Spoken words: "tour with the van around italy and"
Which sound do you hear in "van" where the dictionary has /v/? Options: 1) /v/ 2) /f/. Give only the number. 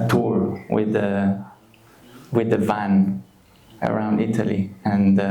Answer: 1